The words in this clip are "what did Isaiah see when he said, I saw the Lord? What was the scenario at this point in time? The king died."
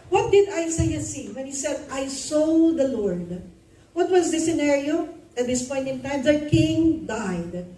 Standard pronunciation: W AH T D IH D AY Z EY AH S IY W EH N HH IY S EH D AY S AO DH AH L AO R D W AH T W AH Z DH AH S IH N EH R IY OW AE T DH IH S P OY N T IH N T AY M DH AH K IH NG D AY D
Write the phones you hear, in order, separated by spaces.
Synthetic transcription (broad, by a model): W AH T D IH D AY S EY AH S IY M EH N HH IY S EH D AY S AO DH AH L AO R D W AH T W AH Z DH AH S IH N EH R IY OW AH T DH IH S P OY N T IH N T AY M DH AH K IH NG D AY D